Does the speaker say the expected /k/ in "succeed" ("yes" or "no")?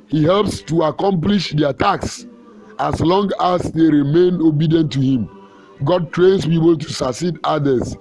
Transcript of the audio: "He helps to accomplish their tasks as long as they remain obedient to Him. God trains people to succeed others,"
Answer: no